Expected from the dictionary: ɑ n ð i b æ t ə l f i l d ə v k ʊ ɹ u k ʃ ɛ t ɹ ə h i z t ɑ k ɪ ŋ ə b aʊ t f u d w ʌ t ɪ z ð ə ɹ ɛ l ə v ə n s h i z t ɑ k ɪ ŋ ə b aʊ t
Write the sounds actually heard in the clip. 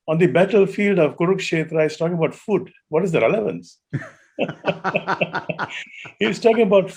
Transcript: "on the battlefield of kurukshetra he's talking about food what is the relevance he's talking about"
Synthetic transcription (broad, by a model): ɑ n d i b æ t ə l f i l d ə v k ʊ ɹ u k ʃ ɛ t ɹ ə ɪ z t ɑ k ɪ ŋ ə b aʊ t f u d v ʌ t ɪ z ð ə ɹ ɛ l ə v ə n s h i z t ɑ k ɪ ŋ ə b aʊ t